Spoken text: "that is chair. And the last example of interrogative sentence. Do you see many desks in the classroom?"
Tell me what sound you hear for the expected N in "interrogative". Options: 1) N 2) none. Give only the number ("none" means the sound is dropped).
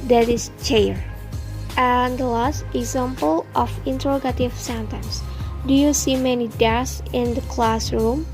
1